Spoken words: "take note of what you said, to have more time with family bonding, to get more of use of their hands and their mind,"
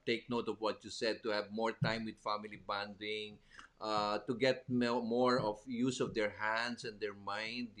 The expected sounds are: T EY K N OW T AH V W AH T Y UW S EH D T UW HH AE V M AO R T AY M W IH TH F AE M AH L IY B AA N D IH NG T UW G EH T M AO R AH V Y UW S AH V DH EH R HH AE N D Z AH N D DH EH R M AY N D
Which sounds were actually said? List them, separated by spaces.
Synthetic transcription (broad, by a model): T EY K N OW T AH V W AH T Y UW S EH D T UW HH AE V M AO R T AY M W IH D F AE M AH L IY B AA N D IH NG T UW G EH T M AO R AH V Y UW S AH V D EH R HH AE N D S AH N D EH R M AY N D